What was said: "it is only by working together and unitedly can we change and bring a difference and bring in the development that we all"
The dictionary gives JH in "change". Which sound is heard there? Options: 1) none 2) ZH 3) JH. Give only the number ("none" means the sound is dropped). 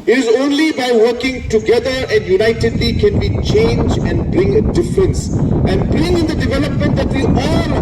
3